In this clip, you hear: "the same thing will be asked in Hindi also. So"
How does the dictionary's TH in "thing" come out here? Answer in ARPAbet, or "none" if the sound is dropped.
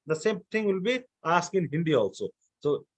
T